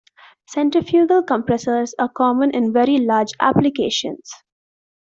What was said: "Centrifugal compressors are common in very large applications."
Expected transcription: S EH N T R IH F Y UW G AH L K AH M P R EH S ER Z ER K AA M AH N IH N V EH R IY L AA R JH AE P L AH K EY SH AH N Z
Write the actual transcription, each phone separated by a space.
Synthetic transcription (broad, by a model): S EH N T IH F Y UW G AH L K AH M P R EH S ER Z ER K AA M AH N IH N V EH R IY L AA R JH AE P L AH K EY SH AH N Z